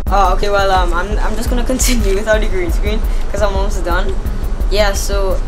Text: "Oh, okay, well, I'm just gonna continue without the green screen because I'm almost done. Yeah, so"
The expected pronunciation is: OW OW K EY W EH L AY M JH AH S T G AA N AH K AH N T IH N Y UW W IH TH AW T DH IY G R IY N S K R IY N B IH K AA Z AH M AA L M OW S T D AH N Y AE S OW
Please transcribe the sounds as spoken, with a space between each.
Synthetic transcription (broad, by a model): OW OW K EY W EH L AY M JH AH S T G AA N AH K AH N T IH N Y UW W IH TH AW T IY G R IY N S K R IY N K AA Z AH M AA M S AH D AH N Y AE S OW